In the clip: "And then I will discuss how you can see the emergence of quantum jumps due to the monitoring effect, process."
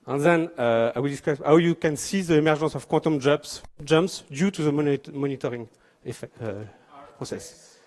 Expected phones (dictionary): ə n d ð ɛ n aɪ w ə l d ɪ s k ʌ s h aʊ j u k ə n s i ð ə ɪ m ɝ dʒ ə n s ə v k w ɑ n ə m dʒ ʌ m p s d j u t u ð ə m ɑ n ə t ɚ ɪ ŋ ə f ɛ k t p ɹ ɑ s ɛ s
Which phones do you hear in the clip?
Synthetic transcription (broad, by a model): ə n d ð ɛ n aɪ w ə l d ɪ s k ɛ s h aʊ j u k ə n s i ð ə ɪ m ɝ ʒ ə s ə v k w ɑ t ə m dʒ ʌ m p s d j u t u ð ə m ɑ n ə t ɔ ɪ ŋ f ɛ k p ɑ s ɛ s